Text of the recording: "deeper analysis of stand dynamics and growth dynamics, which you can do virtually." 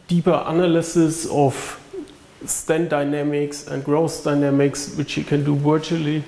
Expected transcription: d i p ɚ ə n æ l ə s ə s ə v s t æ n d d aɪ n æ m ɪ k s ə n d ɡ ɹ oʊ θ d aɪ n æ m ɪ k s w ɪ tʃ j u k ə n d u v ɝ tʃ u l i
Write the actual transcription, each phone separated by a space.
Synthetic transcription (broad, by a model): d i p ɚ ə n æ l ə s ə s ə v s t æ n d d aɪ n æ m ɪ k s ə n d ɡ ɹ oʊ s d aɪ n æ m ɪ k s w ɪ tʃ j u k ə n d u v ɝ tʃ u l i